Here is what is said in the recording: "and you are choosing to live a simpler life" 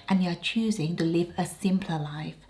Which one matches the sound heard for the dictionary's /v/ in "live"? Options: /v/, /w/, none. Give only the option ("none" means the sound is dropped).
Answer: /v/